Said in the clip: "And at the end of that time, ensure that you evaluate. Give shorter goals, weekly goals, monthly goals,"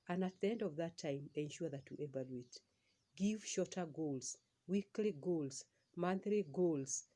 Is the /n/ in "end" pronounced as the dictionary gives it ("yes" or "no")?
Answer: yes